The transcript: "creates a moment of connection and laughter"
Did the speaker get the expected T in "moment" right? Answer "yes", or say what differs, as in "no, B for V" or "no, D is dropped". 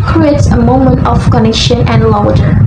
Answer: yes